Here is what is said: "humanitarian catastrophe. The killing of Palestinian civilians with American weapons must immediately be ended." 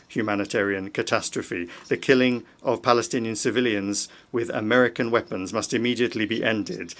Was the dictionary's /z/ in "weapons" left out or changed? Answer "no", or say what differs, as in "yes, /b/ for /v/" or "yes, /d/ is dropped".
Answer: no